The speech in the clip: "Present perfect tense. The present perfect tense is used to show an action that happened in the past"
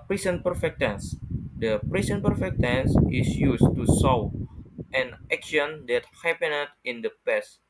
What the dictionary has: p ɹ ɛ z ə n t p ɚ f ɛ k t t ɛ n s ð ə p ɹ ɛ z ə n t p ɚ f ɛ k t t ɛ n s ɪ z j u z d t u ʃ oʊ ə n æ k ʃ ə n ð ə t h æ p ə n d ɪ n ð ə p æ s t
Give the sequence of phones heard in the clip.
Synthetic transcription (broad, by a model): p ɹ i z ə n p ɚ f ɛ k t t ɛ n s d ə p ɹ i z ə n p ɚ f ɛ k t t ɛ n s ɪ s j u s t u s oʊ ə n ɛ k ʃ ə n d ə t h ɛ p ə n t ɪ n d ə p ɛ s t